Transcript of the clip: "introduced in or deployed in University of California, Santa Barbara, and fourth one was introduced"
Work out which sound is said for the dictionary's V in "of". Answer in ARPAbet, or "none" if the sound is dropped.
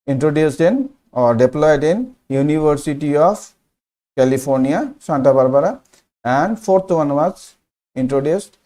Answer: P